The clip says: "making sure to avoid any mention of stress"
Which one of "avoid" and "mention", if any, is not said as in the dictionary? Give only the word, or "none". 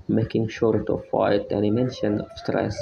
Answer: avoid